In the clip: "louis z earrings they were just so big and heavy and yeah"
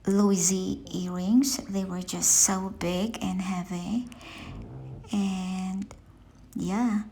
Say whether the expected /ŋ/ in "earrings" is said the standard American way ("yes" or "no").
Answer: yes